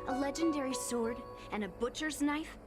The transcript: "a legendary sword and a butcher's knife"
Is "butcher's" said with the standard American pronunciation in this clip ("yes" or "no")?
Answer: yes